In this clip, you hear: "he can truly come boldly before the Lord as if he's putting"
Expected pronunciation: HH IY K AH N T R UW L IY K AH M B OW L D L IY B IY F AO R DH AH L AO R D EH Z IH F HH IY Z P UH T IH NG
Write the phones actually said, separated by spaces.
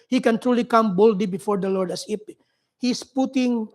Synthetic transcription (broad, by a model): HH IY K AH N T R UW L IY K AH M B OW L D L IY B IY F AO R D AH L AO R D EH S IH P HH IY S P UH T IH NG